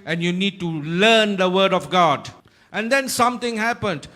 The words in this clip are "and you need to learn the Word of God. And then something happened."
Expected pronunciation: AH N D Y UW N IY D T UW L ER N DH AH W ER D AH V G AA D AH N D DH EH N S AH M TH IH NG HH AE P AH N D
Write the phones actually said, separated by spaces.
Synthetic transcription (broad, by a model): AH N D Y UW N IY D T UW L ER N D AH W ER D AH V G AA D AH N D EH N S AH M T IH NG HH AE P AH N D